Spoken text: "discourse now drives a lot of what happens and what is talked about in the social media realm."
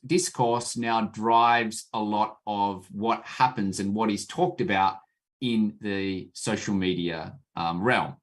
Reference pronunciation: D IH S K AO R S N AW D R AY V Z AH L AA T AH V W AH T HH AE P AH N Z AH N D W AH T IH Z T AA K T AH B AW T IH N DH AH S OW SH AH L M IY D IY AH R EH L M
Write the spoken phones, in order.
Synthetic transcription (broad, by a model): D IH S K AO R S N AW D R AY V Z AH L AA T AH V W AH T HH AE P AH N Z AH N W AH T IH Z T AA K T AH B AW T IH N DH AH S OW SH L M IY D IY AH R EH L M